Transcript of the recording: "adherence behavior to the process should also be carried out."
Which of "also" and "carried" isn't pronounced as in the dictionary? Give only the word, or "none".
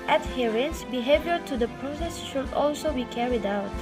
none